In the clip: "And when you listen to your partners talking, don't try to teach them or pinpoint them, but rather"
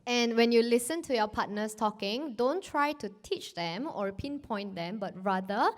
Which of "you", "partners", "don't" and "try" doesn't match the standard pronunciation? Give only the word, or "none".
partners